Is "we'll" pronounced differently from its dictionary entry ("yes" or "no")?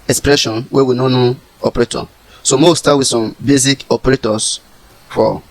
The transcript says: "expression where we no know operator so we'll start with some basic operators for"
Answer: yes